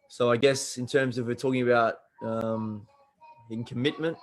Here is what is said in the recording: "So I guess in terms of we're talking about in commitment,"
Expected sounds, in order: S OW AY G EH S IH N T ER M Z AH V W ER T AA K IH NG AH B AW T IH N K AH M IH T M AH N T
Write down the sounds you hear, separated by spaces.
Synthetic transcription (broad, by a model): S OW AY G EH S IH N T ER M Z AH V W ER T AA K IH NG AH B AW T IH N K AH M IH T M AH N T